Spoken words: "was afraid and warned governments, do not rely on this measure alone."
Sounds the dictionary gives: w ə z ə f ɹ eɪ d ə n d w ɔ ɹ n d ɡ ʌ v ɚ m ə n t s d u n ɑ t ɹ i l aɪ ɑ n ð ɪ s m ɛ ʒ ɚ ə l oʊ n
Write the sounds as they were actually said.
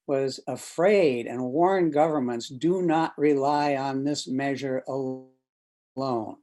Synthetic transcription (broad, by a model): w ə z ə f ɹ eɪ d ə n w ɔ ɹ n ɡ ʌ v ɚ m ə n t s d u n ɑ t ɹ i l aɪ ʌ n ð ɪ s m ɛ ʒ ɚ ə l oʊ n